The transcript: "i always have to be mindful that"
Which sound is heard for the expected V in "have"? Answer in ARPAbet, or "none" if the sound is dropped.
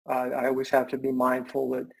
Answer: F